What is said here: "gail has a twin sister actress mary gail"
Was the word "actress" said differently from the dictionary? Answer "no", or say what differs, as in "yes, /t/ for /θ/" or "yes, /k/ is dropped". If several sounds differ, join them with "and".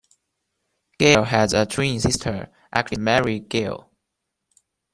yes, /s/ is dropped